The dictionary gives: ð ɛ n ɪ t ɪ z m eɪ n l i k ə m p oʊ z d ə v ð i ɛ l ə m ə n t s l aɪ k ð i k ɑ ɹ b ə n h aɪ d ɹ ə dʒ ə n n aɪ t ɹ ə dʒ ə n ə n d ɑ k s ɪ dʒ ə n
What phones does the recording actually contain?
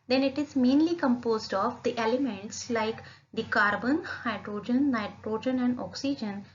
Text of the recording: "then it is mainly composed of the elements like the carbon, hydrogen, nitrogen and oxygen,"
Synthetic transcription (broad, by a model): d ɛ n ɪ t ɪ z m eɪ n l i k ə m p oʊ z d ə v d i ɛ l ə m ə n t s l aɪ k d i k ɑ ɹ b ə n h aɪ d ɹ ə dʒ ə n n aɪ t ɹ ə dʒ ə n ə n d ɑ k s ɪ dʒ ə n